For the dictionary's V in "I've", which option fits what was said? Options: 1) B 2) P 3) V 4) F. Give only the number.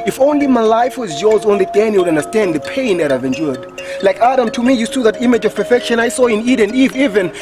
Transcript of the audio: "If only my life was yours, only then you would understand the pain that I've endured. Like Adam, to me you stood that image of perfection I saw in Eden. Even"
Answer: 3